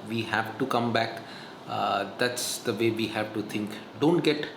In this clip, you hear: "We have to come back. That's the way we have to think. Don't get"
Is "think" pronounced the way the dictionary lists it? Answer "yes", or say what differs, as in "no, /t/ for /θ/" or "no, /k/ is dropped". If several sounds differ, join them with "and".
no, /t/ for /θ/